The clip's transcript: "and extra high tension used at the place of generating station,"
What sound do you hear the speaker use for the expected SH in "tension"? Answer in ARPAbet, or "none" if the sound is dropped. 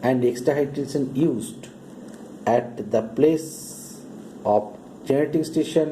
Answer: S